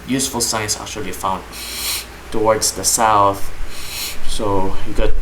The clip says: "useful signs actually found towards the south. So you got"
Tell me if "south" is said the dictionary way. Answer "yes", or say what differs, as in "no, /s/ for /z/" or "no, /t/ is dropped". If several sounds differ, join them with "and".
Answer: yes